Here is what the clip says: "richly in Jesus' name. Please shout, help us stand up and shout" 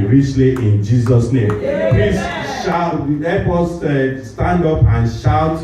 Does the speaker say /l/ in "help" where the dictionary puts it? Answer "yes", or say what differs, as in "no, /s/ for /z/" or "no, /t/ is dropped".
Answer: no, /l/ is dropped